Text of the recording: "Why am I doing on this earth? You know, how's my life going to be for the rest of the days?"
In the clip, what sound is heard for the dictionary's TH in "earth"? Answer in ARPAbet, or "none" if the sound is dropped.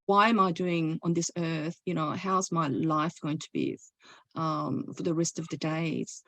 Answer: TH